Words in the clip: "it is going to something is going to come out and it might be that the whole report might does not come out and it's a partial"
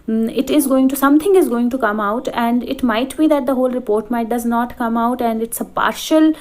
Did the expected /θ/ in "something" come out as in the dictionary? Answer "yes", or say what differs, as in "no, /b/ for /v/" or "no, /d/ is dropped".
no, /t/ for /θ/